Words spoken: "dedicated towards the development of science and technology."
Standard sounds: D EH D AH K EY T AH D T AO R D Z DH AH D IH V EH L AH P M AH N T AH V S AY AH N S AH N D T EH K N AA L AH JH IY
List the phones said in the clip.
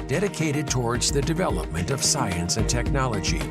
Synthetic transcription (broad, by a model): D EH D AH K EY T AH D T AO R D Z DH AH D IH V EH L AH P M AH N T AH V S AY AH N S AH N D T EH K N AA L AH JH IY